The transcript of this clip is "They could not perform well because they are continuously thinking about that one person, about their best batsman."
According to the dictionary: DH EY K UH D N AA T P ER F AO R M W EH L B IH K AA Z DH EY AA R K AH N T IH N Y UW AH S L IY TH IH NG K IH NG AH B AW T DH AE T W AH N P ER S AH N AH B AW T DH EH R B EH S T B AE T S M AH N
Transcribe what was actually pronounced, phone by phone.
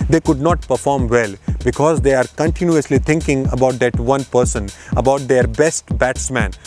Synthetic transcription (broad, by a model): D EY K UH D N AA T P ER F AO R M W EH L B IH K AA Z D EY AA R K AH N T IH N Y UW AH S L IY T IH NG K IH NG AH B AW T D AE T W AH N P ER S AH N AH B AW T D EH R B EH S T B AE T S M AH N